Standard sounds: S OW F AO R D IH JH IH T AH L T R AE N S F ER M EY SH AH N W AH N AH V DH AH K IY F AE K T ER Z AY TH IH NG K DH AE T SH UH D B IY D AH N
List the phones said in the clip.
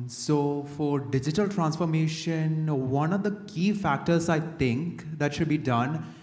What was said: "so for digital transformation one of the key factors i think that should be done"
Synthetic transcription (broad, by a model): S OW F AO R D IH JH IH T AH L T R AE N S F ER M EY SH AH N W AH N AH V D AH K IY F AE K T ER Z AY T IH NG K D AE T SH UH D B IY D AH N